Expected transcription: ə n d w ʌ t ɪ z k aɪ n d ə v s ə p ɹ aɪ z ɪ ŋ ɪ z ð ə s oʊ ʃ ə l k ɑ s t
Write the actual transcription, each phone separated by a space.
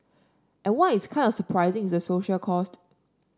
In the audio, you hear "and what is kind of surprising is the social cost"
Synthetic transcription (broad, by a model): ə n w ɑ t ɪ s k aɪ n d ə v s ə p ɹ aɪ z ɪ ŋ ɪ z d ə s oʊ ʃ ə l k ɑ s t